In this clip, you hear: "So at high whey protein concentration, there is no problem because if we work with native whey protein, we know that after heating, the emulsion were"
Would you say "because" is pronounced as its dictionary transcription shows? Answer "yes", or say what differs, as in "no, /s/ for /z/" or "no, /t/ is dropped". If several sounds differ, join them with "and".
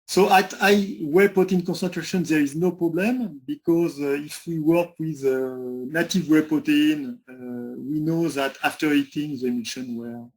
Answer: yes